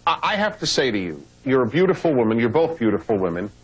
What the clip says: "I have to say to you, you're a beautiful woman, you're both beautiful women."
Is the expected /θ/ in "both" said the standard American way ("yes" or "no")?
yes